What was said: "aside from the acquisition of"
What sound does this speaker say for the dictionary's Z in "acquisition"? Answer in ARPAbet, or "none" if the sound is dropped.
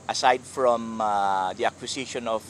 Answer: S